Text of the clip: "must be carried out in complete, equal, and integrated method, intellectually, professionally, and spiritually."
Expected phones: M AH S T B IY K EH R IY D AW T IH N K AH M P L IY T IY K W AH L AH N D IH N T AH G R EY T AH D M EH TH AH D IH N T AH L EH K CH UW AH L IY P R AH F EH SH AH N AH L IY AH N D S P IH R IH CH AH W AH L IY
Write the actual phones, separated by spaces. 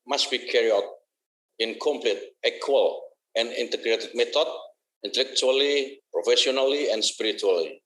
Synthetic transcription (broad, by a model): M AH S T B IY K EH R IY AW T IH N K AH M P L IY T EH K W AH L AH N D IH N T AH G R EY T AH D M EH T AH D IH N T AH L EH K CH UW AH L IY P R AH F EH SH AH N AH L IY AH N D S P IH R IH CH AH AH L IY